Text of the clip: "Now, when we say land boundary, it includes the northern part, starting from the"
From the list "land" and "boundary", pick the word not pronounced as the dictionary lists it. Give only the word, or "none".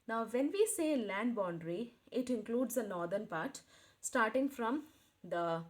none